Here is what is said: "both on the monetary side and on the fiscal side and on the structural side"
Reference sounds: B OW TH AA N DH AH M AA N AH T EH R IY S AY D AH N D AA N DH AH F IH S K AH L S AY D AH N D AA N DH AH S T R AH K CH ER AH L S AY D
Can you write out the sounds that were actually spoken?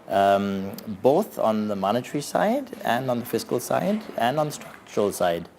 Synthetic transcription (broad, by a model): B OW TH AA N DH AH M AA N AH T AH R IY S AY D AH N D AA N DH AH F IH S K AH L S AY D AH N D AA N DH AH S T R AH K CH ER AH L S AY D